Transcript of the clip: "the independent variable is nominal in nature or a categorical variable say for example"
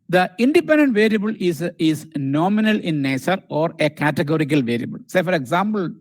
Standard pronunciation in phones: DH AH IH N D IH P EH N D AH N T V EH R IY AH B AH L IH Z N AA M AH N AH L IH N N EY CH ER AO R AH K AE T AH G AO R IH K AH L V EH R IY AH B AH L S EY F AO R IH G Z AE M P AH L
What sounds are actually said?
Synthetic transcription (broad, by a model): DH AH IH N D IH P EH N D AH N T V EH R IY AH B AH L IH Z N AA M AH N AH L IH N N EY S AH AO R AH K AE T AH G AO R IH K AH L V EH R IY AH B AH L S EY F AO R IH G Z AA M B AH L